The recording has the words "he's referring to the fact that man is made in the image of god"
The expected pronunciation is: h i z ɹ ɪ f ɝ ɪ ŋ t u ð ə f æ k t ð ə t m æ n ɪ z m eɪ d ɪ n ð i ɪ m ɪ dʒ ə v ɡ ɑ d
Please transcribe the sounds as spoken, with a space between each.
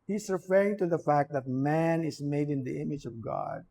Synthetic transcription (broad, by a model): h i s ɹ ɪ f ɝ ɪ ŋ t u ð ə f æ k t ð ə t m æ n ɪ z m eɪ d ɪ n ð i ɪ m ɪ dʒ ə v ɡ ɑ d